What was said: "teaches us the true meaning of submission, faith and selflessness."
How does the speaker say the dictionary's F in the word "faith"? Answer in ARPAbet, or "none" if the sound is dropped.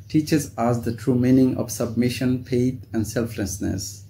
P